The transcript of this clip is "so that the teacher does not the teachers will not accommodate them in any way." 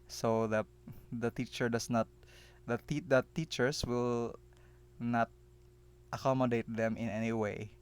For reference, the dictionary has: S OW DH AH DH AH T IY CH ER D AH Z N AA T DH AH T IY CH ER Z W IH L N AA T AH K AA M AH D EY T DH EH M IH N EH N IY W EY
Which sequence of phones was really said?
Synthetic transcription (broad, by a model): S OW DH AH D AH T IY CH ER D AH S N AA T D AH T IY CH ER S W IH L N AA T AH K AA M AH D EY T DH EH M IH N EH N IY W EY